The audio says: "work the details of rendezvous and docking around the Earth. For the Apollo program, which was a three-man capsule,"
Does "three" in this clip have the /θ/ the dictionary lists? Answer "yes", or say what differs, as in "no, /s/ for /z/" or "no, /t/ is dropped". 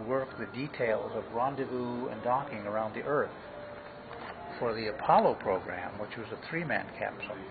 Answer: yes